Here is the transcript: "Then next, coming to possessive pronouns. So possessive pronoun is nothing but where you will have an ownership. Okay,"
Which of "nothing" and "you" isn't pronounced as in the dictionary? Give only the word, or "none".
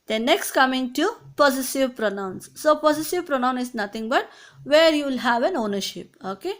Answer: nothing